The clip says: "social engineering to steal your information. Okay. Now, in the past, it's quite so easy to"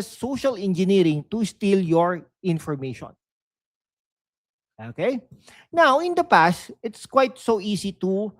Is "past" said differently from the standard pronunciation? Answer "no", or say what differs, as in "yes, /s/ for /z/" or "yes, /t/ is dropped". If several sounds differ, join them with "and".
no